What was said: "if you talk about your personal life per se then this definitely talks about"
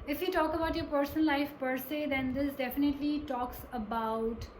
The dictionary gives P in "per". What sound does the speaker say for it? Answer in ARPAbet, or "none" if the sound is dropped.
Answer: P